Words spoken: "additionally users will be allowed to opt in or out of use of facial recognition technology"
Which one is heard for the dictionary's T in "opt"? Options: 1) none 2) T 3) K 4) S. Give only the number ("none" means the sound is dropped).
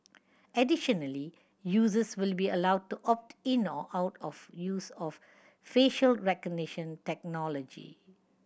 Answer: 2